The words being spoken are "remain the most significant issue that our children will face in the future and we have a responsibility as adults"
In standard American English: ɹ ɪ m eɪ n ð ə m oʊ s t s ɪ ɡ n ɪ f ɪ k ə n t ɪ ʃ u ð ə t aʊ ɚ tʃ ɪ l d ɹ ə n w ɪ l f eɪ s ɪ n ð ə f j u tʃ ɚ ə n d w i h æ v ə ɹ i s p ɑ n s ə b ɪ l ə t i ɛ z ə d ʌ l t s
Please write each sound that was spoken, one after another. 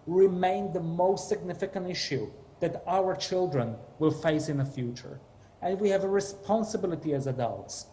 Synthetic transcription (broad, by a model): ɹ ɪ m eɪ n ð ə m oʊ s t s ɪ ɡ n ɪ f ɪ k ə n t ɪ ʃ u ð ə t aʊ ɚ tʃ ɪ l d ɹ ə n w ɪ l f eɪ s ɪ n ð ə f j u tʃ ɚ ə n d w i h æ v ə ɹ i s p ɑ n s ə b ɪ l ə t i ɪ z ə d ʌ l t s